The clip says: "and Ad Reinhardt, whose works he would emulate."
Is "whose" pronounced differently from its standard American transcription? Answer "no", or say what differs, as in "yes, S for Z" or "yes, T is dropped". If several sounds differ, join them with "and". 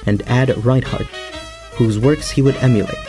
no